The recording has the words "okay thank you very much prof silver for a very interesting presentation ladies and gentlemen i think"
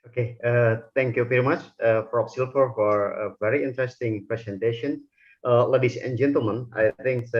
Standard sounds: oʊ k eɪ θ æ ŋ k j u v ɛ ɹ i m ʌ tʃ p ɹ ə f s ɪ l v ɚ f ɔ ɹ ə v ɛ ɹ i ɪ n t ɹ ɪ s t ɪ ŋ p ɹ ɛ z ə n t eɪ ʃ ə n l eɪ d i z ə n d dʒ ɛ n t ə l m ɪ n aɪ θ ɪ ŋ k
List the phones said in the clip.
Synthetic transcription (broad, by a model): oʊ k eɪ t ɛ ŋ k j u v ɛ ɹ i m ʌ tʃ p ɹ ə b s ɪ l f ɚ f ɔ ɹ ə v ɛ ɹ i ɪ n t ɹ ɪ s t ɪ ŋ p ɹ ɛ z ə n t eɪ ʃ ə n l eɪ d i s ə n dʒ ɛ n t ə l m ɪ n aɪ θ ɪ ŋ k